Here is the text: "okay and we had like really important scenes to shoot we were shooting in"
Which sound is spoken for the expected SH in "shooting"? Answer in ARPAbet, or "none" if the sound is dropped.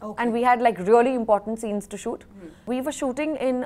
SH